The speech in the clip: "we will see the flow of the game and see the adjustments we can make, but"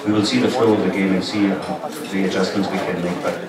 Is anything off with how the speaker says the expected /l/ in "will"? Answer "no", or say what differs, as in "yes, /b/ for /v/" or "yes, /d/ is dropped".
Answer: no